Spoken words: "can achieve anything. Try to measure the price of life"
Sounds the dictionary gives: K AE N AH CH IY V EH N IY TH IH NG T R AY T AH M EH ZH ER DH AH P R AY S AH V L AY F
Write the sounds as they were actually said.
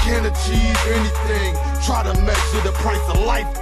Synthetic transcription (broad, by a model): K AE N AH CH IY V EH N IY TH IH NG T R AY T AH M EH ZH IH DH AH P R AY S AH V L AY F